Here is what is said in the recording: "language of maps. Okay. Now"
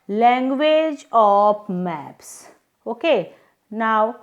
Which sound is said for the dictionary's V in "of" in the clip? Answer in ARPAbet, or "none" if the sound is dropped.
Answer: P